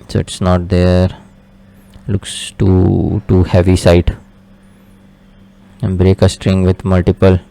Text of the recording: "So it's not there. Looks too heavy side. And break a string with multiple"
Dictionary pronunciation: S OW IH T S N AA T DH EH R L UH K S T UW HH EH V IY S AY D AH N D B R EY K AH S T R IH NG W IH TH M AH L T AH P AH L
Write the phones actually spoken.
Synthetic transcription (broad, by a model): S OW IH T S N AA T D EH R L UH K S T UW HH EH V IY S AY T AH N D B R EY K AH S T R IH NG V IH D M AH L T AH P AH L